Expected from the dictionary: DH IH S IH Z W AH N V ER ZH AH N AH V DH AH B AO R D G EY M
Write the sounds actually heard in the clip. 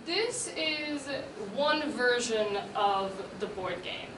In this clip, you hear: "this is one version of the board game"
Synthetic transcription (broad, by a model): DH IH S IH Z W AH N V ER ZH AH N AH V DH AH B AO R D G EY M